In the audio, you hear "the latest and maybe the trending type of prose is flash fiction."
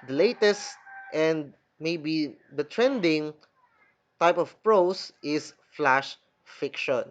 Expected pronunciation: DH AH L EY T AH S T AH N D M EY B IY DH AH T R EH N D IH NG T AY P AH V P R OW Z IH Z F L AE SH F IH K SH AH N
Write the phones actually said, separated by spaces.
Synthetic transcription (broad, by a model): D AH L EY T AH S T AH N D M EY B IY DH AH T R EH N D IH NG T AY P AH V P R OW S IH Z F L AE SH F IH K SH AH N